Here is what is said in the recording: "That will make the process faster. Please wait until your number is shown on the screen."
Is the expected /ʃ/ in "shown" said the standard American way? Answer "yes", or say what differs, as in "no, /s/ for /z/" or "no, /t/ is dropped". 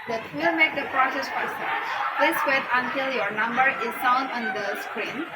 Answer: no, /s/ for /ʃ/